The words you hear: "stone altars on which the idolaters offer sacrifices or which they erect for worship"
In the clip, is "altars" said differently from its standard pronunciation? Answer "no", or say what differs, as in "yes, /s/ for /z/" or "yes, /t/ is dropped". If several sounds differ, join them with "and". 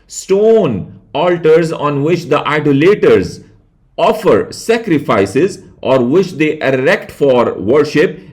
no